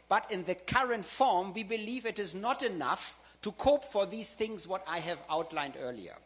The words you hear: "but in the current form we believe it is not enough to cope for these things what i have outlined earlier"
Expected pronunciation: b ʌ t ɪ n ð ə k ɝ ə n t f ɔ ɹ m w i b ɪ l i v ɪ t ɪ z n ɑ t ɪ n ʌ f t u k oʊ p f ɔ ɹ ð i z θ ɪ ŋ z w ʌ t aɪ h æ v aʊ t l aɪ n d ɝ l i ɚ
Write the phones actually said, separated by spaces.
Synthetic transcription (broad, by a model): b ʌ t ɪ n ð ə k ɝ ə n t f ɔ ɹ m w i b ɪ l i v ɪ t ɪ z n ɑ t ɪ n ʌ f t u k oʊ p f ɔ ɹ ð i z θ ɪ ŋ z w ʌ t aɪ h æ v aʊ t l aɪ n d ɝ l i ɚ